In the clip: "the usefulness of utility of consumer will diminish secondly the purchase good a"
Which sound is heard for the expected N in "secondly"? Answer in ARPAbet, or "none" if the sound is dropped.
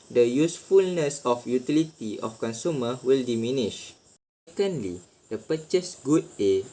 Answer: N